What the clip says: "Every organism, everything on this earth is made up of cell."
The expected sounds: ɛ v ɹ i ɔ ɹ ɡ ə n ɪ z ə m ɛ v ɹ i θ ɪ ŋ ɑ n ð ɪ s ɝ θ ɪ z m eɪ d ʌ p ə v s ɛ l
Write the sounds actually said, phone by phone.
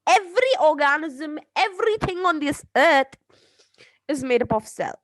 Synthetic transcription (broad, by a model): ɛ v ɹ i ɔ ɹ ɡ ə n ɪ z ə m ɛ v ɹ i θ ɪ ŋ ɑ n ð ɪ s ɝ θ ɪ z m eɪ d ʌ p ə f s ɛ l